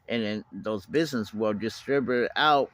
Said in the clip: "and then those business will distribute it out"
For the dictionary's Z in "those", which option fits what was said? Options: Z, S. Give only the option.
Z